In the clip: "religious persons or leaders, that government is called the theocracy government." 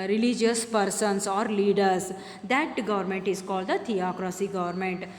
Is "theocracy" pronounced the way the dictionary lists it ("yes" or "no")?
no